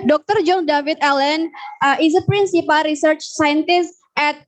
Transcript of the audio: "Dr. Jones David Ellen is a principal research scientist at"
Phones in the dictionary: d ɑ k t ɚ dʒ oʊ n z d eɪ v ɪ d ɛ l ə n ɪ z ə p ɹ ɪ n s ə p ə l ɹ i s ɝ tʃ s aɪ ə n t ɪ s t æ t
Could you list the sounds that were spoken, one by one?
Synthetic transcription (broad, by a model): d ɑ k t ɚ dʒ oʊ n d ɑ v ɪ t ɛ l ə n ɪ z ə p ɹ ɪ n s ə p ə l ɹ i s ɝ tʃ s aɪ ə n t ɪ s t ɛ t